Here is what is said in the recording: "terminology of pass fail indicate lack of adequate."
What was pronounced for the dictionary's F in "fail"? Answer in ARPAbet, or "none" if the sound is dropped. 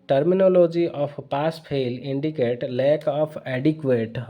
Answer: P